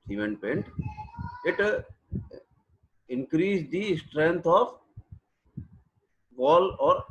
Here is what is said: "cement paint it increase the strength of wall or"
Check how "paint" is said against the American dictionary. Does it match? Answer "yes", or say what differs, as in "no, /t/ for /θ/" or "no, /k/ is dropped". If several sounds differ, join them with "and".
yes